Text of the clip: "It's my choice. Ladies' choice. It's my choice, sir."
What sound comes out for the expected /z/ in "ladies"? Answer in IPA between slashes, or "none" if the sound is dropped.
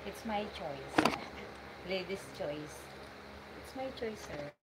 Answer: /s/